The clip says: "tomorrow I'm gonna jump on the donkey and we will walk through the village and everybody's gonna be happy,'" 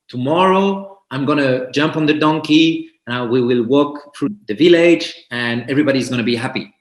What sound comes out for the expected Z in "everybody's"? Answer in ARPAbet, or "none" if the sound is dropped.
Z